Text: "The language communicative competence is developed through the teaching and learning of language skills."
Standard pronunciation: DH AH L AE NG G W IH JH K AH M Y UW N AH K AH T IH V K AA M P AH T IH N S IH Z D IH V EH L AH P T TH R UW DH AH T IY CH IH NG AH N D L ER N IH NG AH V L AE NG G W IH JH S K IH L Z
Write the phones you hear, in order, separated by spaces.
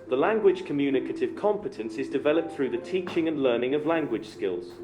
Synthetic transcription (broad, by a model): DH AH L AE NG G W IH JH K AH M Y UW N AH K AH T IH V K AA M P AH T IH N S IH Z D IH V EH L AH P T TH R UW DH AH T IY CH IH NG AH N L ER N IH NG AH V L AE NG G W IH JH S K IH L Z